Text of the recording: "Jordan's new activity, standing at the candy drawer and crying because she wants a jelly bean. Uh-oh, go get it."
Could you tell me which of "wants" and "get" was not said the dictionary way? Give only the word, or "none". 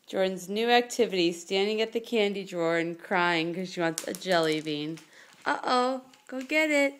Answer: none